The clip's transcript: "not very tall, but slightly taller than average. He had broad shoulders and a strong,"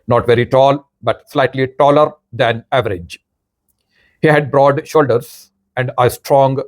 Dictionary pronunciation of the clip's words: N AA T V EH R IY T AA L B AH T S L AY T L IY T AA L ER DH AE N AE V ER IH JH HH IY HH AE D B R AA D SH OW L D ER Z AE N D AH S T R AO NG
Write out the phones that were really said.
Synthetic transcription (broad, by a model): N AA T V EH R IY T AA L B AH T S L AY T L IY T AA L ER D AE N AE V ER IH JH HH IY HH AE D B R AA D SH OW L D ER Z AE N D AH S T R AO NG